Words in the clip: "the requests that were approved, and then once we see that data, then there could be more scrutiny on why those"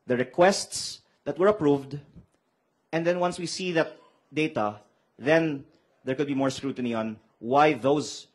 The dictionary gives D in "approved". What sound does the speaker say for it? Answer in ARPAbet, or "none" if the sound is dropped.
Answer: D